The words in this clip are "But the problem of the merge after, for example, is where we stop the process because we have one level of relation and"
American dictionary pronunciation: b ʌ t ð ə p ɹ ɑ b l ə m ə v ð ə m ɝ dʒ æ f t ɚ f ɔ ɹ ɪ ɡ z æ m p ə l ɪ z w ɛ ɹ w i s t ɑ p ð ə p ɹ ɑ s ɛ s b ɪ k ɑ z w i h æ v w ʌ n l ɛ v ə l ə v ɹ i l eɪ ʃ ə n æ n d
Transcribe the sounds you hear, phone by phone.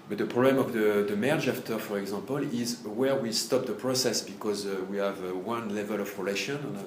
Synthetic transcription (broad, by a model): b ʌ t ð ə p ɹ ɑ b l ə m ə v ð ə m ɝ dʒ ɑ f t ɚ f ɔ ɹ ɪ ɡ z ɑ p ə l ɪ z w ɛ ɹ w i s t ɑ p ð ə p ɹ ɑ s ɛ s b ɪ k ɑ z w i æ v w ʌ n l ɛ v ə l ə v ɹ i l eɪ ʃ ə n n